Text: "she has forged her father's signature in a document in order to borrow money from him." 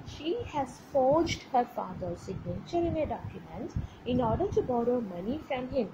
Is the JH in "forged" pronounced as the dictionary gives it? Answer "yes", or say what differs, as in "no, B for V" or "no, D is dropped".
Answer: yes